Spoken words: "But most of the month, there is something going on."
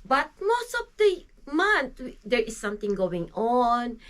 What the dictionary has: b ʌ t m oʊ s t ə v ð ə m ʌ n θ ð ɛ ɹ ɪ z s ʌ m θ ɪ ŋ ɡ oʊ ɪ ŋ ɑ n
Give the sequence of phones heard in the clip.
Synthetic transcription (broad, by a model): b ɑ t m oʊ s t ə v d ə m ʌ n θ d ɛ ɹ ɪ s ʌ m t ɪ ŋ ɡ oʊ ɪ ŋ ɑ n